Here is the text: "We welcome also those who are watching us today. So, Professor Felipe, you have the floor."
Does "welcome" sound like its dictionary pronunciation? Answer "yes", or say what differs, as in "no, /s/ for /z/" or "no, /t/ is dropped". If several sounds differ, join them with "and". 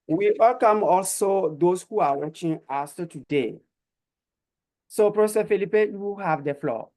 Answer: yes